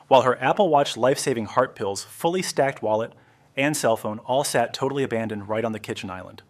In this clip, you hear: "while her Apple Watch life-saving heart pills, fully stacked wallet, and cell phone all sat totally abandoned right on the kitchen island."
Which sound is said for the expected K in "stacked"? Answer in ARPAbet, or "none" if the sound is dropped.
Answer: K